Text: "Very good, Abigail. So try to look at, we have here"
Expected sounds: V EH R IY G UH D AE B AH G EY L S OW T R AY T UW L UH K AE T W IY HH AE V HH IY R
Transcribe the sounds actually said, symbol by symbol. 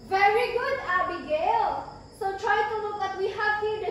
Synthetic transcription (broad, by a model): V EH R IY G UH D AE B AH G EY L S OW T R AY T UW N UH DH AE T W IY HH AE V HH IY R